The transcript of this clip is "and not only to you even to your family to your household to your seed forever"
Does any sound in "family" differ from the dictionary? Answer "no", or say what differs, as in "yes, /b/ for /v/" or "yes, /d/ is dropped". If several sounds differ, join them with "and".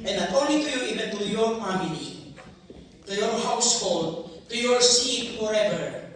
yes, /n/ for /l/